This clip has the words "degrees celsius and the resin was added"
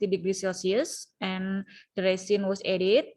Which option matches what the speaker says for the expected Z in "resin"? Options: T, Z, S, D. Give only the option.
S